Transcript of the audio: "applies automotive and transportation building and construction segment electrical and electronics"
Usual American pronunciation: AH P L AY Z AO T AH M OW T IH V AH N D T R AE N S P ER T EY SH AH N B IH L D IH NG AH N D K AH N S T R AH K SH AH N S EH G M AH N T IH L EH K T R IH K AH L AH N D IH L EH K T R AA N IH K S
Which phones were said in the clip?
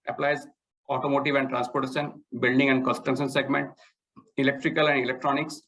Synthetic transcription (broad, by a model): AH P L AY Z AO T AH M OW T IH V AH N D T R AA N S P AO T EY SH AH N B IH L D IH NG AH N D K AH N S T AH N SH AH N S EH G M AH N T IH L EH K T R IH K AH L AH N D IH L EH K T R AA N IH K S